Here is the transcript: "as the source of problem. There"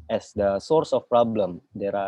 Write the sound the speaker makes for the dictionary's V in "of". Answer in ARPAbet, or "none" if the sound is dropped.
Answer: F